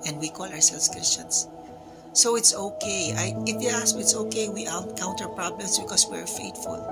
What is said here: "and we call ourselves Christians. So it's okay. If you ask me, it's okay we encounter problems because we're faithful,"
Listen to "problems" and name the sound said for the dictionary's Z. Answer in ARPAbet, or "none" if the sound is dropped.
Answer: S